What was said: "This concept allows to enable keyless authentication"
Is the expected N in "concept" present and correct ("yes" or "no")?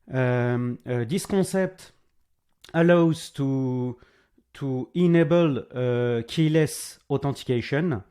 no